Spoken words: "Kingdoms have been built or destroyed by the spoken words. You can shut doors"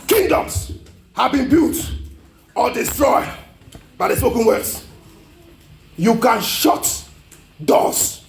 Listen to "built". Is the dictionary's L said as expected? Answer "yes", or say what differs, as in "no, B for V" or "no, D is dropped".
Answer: no, L is dropped